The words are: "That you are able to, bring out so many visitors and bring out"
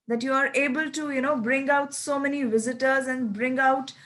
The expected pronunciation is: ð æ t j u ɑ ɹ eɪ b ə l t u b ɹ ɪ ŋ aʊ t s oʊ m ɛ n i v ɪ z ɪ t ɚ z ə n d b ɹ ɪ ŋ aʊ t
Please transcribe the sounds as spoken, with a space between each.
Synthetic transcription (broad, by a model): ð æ t j u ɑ ɹ eɪ b ə l t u b ɹ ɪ ŋ aʊ t s oʊ m ɛ n i v ɪ z ɪ t ɚ z ə n d b ɹ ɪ ŋ aʊ t